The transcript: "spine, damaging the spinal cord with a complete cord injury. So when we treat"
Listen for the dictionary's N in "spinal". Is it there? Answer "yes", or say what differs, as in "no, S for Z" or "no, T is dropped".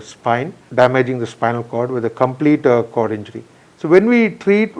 yes